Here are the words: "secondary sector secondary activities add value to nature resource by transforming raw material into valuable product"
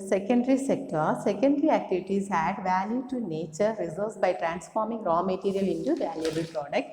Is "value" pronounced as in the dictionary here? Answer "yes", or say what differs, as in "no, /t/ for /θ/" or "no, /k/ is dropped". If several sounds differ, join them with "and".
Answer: yes